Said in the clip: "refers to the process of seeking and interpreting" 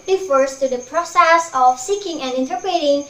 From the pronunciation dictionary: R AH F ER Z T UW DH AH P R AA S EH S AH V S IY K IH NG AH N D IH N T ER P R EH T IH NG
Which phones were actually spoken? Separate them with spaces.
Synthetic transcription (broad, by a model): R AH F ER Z T UW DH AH P R AA S EH S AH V S IY K IH NG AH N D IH N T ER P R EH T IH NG